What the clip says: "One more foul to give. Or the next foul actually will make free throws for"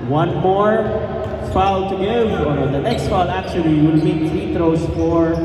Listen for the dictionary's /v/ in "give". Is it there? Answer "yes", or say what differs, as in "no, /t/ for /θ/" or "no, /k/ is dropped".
no, /v/ is dropped